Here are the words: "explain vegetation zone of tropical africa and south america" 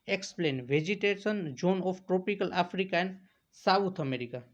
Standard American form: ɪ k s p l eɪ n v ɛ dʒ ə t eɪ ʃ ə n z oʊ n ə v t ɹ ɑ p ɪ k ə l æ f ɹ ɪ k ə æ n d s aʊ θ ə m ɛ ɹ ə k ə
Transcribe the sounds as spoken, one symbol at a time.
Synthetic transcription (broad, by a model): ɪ k s p l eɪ n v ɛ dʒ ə t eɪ s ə n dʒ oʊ n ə f t ɹ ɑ p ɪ k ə l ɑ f ɹ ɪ k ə n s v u t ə m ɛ ɹ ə k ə